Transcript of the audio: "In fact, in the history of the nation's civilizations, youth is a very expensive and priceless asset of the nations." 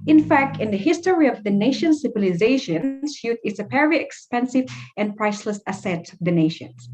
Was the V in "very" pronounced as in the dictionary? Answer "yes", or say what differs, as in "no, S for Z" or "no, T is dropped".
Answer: no, P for V